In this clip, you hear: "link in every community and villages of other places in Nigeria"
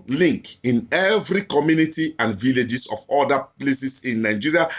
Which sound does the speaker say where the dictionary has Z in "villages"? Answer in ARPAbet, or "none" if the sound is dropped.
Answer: S